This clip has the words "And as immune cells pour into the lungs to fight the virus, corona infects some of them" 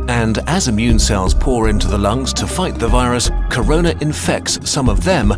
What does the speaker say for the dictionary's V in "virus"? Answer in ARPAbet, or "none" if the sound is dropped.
V